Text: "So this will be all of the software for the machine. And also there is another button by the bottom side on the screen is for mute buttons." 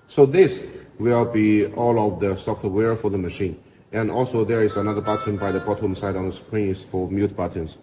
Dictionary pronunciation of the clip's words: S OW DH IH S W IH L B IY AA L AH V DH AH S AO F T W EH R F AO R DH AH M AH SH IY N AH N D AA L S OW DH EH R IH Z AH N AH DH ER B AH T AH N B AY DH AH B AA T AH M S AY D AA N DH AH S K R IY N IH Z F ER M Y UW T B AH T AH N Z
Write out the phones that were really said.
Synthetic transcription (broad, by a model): S OW DH IH S W IH L B IY AA L AH V DH AH S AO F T W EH R F AO R DH AH M AH SH IY N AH N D AA L S OW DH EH R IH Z AH N AH DH ER B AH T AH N B AY DH AH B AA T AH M S AY D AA N DH AH S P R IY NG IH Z F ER M Y UW T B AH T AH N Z